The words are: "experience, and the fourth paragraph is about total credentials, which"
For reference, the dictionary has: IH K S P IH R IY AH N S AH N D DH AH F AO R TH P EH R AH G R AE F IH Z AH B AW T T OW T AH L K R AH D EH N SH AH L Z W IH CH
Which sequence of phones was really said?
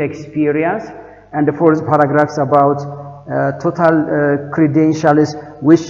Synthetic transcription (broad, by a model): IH K S P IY R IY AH N S AH N D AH F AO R S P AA R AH G R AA F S AH B AW T T OW T AH L K R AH D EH N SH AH L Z W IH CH